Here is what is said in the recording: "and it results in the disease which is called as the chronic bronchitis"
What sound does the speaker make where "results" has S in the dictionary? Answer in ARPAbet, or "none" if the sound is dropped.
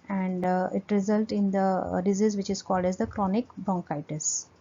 none